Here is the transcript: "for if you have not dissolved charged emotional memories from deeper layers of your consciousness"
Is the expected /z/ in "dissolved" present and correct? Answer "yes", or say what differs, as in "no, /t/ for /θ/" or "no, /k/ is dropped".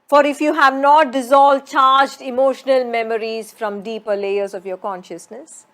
yes